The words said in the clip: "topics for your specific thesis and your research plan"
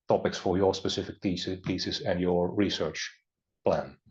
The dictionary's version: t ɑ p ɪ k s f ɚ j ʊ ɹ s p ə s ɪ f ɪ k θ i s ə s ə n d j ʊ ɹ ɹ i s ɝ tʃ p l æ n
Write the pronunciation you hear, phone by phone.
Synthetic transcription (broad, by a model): t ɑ p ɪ k s f ɚ j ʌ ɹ s p ə s ɪ f ɪ k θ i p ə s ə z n j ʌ ɹ ɹ i s ɝ tʃ p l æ n